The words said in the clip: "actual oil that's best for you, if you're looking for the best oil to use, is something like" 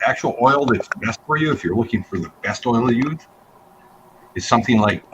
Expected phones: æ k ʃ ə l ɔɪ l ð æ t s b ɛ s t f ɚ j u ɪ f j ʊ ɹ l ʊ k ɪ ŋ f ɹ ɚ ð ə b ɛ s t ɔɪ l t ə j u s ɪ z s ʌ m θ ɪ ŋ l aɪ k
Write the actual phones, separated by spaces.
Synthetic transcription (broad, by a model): æ k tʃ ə l ɔɪ l ð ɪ t s b ɛ s t f ɚ j u ɪ f j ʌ ɹ l ʊ k ɪ ŋ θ ɹ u ð ə b ɛ s t ɔɪ l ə j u ɪ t s ʌ m θ ɪ ŋ l aɪ k